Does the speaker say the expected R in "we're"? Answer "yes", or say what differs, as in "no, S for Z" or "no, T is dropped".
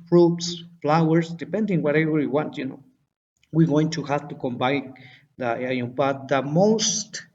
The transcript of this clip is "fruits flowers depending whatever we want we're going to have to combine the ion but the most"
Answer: no, W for R